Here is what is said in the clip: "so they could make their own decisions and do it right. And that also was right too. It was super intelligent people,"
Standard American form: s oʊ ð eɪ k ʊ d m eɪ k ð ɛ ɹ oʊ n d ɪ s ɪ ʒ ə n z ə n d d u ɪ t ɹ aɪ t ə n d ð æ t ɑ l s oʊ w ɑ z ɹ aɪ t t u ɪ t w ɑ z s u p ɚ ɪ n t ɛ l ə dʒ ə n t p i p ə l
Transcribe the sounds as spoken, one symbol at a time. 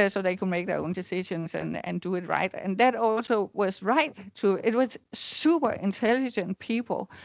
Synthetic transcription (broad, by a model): s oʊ ð eɪ k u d m eɪ k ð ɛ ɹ oʊ n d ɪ s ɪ ʃ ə n s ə n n d u ɪ t ɹ aɪ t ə n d ð æ t ɑ l s oʊ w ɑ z ɹ aɪ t t u ɪ t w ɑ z s u p ɚ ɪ n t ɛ l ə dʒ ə n p i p l